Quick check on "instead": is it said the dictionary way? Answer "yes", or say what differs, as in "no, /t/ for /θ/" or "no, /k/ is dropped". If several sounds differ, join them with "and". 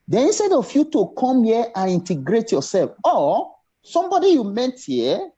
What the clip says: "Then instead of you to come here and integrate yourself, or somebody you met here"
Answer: yes